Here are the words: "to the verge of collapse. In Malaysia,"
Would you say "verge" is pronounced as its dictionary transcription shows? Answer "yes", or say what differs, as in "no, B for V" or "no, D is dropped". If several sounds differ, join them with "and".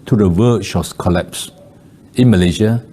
no, SH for JH